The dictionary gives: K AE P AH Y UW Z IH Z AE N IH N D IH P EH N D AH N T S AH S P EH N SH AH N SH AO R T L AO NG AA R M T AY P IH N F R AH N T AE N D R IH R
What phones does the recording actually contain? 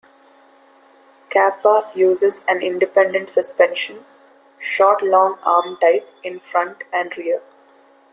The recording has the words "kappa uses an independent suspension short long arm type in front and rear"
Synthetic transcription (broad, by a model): K AE P AH Y UW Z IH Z AE N IH N D IH P EH N D AH N T S AH S P EH N SH AH N SH AO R T L AO NG AA R M T AY P IH N F R AH N T AE N D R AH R